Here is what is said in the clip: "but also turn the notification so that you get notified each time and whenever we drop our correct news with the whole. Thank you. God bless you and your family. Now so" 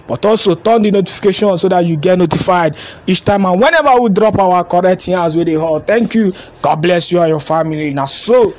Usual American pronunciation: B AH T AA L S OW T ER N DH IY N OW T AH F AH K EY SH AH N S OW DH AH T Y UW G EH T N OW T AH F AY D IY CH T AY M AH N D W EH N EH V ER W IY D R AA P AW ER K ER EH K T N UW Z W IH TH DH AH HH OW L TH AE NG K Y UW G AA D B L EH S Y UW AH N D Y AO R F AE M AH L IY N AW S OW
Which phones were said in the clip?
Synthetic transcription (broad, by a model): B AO T AA L S OW T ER N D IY N OW T AH F AH K EY SH AH N S OW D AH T Y UW G EH T N OW T AH F AY D IY CH T AY M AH N W EH N EH V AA W IY D R AA P AW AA K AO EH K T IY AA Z W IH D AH HH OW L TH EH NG K Y UW G AA D B L EH S Y UW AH Y AO F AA M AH L IY N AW S OW